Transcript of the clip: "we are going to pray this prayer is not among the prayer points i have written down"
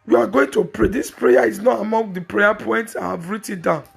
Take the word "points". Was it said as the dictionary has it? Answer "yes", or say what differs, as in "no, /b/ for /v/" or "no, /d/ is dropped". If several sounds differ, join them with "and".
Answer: yes